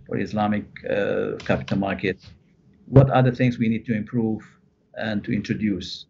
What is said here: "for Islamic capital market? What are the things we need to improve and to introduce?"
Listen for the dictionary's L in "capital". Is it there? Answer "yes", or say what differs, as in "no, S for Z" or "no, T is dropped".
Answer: yes